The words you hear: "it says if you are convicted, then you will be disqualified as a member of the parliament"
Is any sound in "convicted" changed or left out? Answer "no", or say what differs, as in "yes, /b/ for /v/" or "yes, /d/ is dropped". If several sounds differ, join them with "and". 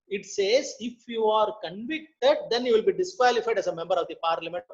no